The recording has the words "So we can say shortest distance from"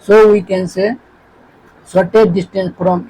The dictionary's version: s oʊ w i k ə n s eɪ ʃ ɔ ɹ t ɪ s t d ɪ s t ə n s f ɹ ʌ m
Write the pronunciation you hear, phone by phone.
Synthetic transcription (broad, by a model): s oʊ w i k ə n s eɪ s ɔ t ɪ t d ɪ s t ə n s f ɹ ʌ m